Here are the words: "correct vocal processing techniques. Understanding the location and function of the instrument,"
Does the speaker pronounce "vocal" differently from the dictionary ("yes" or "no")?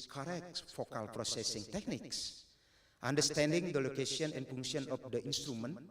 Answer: yes